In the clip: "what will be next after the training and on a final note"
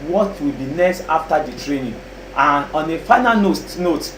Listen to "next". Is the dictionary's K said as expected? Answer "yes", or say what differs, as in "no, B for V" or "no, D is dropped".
no, K is dropped